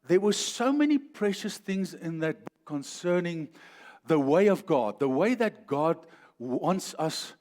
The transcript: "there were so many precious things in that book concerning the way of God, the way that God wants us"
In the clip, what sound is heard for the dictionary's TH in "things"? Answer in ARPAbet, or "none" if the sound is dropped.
TH